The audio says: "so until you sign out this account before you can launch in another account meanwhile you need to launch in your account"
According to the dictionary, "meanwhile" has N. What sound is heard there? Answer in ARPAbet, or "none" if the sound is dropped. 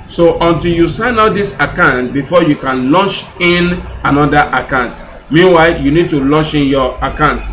N